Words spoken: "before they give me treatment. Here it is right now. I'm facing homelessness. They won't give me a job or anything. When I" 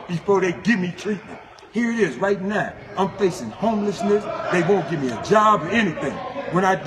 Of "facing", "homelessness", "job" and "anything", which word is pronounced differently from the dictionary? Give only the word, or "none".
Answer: none